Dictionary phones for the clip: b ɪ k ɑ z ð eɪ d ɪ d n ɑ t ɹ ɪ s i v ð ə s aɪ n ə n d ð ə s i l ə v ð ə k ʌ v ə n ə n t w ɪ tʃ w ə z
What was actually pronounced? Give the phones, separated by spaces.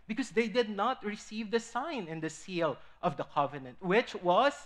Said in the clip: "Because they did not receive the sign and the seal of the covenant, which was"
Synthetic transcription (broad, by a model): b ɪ k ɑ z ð eɪ d ɪ d n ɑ t ɹ ɪ s i v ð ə s aɪ n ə n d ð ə s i l ə v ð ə k ʌ v ə n ə n t w ɪ tʃ w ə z